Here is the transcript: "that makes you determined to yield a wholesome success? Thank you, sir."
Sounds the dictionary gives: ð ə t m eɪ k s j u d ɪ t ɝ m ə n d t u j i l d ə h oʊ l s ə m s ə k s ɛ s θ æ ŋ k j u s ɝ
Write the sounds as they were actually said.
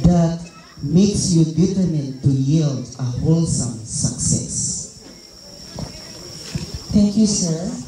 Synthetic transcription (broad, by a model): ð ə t m eɪ k s j u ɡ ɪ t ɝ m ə n t u j i l d ə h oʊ l s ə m s ə k s ɛ s t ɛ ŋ k j u s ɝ